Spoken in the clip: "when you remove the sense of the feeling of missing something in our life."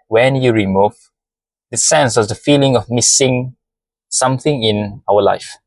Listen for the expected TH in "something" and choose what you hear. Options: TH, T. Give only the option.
TH